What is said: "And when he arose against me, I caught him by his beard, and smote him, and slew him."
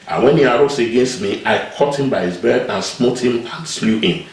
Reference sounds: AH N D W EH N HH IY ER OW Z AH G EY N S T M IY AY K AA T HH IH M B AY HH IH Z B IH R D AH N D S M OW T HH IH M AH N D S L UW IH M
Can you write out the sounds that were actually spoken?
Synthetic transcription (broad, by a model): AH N W EH N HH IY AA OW S AH G EY N S T M IY AY K AA T HH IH M B AY HH IH Z B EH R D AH N S M OW T HH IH M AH N S L UW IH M